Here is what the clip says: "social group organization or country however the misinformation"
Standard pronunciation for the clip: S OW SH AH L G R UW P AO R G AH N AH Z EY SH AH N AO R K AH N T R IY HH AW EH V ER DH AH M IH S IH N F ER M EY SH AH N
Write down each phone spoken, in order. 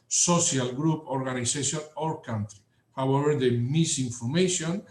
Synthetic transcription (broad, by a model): S OW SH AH L G R UW P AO R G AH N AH S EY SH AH N AO R K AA N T R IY HH AW EH V ER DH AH M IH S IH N F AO M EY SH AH N